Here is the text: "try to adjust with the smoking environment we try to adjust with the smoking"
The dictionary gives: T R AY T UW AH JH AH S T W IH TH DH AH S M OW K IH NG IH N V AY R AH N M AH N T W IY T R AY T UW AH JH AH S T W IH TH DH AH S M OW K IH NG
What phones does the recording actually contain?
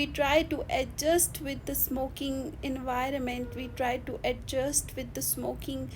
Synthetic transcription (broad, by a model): T R AY T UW AH JH AH S T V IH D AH S M OW K IH NG IH N V AY R AH N M AH N T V IY T R AY T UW AH JH AH S T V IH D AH S M OW K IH NG